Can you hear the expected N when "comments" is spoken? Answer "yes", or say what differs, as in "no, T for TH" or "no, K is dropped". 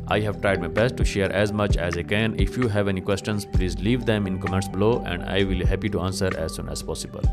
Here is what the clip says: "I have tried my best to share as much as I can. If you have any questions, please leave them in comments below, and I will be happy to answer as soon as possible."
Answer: no, N is dropped